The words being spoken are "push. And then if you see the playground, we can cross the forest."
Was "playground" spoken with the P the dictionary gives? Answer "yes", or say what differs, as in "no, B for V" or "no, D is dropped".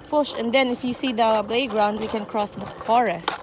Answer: no, B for P